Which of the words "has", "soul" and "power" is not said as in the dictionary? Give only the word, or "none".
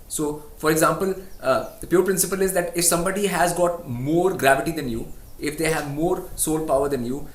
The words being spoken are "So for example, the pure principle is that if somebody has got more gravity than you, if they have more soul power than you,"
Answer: none